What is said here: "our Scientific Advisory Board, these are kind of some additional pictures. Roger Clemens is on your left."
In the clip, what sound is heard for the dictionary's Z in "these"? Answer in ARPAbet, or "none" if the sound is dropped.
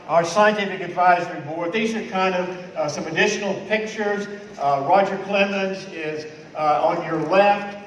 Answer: Z